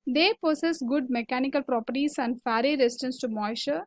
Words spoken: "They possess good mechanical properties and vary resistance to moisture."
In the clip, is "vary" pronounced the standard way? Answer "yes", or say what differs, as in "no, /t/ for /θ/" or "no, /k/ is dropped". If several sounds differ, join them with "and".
no, /f/ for /v/